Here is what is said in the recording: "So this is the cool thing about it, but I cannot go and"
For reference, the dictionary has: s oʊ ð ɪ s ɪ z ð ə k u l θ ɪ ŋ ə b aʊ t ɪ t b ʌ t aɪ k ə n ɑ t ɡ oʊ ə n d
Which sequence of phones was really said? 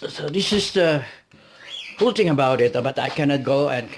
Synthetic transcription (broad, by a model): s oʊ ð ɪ s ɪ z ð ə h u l t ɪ ŋ ə b aʊ t ɪ t b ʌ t aɪ k ə n ɑ t ɡ oʊ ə n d